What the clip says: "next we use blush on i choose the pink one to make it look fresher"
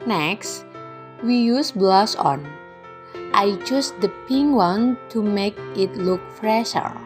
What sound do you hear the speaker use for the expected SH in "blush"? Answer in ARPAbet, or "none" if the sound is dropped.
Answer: S